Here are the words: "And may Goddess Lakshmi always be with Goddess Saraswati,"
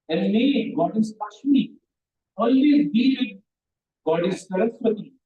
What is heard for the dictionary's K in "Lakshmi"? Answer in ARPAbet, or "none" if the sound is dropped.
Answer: none